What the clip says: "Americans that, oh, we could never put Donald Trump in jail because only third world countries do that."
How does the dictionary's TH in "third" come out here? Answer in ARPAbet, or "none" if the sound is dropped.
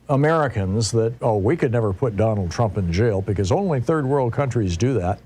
TH